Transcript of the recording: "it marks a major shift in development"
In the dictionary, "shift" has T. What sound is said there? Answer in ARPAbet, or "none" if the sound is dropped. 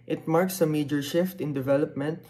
T